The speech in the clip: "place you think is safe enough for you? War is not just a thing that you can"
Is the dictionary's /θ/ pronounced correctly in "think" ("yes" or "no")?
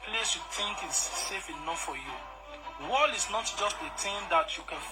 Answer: no